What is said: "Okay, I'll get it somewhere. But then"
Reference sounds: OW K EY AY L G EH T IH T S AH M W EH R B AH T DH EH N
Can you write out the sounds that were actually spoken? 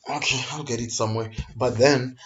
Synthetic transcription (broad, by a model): OW K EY AY L G EH T IH T S AH M W EH R B AH T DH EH N